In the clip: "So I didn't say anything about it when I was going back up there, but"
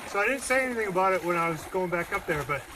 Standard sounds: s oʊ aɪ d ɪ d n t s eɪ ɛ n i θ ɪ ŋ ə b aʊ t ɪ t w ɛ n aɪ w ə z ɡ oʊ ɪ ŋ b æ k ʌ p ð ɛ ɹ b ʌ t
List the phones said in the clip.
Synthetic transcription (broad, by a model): s oʊ aɪ d ɪ d n t s eɪ ɛ n i θ ɪ ŋ ə b aʊ t ɪ t w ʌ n aɪ w ə z ɡ oʊ ɪ ŋ b æ k ʌ p ð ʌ ɹ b ʌ t